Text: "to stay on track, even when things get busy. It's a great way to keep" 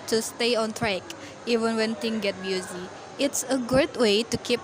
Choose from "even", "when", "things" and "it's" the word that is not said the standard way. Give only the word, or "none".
things